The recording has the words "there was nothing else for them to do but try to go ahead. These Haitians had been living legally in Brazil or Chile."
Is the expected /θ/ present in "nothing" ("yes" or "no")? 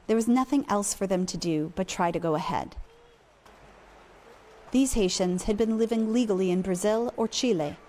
yes